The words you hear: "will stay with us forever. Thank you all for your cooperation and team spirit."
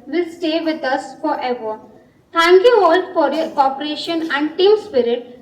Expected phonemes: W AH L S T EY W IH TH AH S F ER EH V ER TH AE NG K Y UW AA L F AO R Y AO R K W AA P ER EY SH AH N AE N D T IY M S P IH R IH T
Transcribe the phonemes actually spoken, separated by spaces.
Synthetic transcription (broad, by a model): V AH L S T EY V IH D AH S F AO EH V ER T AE NG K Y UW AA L F AO R Y AO R K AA P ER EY SH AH N AE N D T IY M S P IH R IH T